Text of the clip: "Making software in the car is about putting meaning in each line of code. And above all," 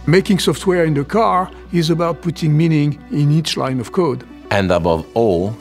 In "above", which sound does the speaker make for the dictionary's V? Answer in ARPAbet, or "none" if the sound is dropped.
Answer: V